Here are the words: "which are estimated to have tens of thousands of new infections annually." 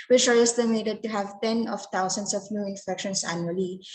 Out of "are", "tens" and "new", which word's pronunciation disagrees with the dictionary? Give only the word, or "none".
tens